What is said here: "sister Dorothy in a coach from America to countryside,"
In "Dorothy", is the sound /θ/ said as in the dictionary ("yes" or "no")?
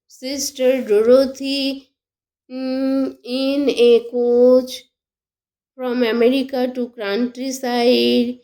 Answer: no